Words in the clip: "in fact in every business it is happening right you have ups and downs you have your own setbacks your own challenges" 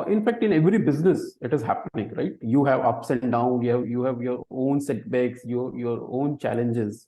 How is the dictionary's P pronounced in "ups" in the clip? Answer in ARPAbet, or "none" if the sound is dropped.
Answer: P